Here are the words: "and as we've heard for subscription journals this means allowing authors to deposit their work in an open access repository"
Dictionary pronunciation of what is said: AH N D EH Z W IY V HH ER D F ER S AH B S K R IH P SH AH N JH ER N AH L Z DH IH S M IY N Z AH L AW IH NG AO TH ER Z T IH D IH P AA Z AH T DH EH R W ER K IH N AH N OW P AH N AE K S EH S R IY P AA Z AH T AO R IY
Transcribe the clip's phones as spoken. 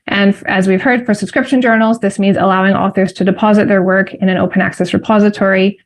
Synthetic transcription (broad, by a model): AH N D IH Z W IY V HH ER D F ER S AH B S K R IH P SH AH N JH ER N L Z DH IH S M IY N Z AH L AW IH NG AO TH ER Z T IH D IH P AA Z AH T DH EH R W ER K IH N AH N OW P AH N AE K S EH S R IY P AA Z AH T AO R IY